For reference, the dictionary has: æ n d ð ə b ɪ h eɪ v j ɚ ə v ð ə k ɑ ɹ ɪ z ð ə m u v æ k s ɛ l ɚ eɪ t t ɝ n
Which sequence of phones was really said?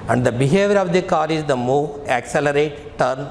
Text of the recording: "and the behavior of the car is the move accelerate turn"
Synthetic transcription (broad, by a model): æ n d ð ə b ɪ h eɪ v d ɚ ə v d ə k ɑ ɹ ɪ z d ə m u æ k s ɛ l ɚ eɪ t t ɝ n